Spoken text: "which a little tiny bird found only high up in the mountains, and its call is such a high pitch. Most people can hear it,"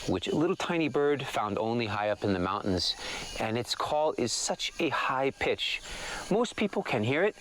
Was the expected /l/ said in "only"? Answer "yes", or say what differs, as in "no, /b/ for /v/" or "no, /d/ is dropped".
yes